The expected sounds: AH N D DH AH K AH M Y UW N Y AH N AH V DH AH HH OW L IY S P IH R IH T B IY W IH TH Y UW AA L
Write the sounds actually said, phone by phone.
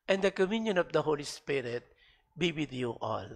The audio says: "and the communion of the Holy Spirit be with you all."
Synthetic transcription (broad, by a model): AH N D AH K AH M Y UW N Y AH N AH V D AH HH OW L IY S P IH R IH T B IY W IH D Y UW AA L